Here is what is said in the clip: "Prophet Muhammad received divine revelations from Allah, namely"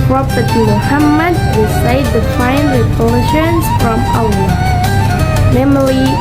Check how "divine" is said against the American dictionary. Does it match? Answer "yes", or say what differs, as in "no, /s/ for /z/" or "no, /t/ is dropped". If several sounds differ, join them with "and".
no, /f/ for /v/